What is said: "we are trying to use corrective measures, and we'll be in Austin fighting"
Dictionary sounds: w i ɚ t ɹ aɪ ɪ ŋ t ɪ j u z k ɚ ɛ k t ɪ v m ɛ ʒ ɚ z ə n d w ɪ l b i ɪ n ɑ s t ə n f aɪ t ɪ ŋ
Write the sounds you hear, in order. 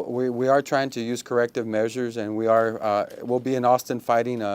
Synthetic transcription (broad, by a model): w i ɚ t ɹ aɪ ɪ ŋ t ɪ j u z k ɚ ɛ k t ɪ v m ɛ ʒ ɚ z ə n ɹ w ɪ l b i ɪ n ɑ s t ə n f aɪ t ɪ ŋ